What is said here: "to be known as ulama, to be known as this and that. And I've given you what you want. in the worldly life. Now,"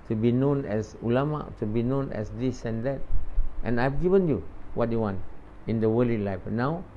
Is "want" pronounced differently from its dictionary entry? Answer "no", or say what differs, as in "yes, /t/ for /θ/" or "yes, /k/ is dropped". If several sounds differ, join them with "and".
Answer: no